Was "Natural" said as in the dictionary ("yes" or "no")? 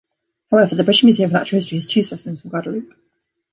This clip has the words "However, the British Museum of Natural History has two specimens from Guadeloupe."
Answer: no